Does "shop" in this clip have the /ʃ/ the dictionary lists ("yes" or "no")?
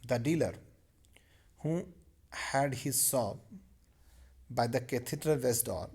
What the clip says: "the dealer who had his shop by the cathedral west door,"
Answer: no